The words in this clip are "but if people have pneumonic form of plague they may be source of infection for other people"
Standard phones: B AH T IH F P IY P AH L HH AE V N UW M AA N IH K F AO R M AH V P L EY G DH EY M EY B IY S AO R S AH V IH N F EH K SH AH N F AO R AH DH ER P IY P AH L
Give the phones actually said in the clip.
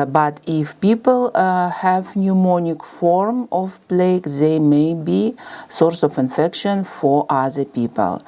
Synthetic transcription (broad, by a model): B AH T IH F P IY P AH L HH AE V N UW M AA N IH K F AO R M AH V P L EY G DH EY M EY B IY S AO R S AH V IH N F EH K SH AH N F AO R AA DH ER P IY P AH L